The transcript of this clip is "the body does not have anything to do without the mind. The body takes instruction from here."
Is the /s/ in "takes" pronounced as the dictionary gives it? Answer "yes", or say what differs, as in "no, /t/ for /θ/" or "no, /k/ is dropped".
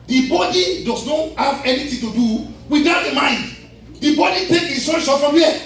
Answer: no, /s/ is dropped